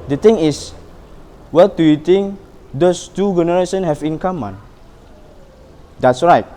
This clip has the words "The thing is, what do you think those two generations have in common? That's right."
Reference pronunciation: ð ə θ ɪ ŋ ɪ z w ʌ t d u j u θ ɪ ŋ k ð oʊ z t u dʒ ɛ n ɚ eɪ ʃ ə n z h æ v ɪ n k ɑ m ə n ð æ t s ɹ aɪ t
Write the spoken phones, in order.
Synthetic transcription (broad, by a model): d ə t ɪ ŋ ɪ s w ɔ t d u j u t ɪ ŋ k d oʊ s t u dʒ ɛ n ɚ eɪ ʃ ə n h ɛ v ɪ n k ɑ m ə n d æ t s ɹ aɪ t